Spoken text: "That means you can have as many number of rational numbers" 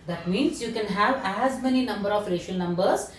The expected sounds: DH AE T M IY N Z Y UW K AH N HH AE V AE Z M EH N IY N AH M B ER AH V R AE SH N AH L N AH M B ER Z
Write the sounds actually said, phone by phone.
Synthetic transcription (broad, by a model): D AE T M IY N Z Y UW K AH N HH AE V AE Z M EH N IY N AH M B ER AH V R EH SH AH L N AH M B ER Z